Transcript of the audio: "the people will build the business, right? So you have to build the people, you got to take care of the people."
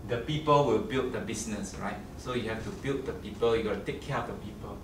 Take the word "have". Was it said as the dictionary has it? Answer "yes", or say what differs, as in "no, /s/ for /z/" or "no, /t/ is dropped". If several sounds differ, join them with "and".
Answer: no, /f/ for /v/